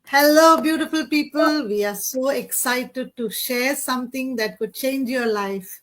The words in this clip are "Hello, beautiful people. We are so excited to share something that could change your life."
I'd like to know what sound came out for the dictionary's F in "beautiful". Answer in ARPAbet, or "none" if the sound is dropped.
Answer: F